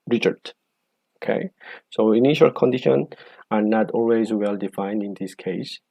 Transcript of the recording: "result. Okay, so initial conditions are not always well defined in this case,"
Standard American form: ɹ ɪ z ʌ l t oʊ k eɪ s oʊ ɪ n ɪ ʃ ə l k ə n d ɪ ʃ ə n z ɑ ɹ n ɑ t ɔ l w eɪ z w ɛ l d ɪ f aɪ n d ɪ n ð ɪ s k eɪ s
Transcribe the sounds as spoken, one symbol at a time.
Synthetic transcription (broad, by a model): ɹ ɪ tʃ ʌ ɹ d oʊ k eɪ s oʊ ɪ n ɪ ʃ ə l k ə n d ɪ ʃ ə n ɑ ɹ n ɑ t ɔ l w eɪ z w ɛ l d ɪ f aɪ n d ɪ n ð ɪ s k eɪ s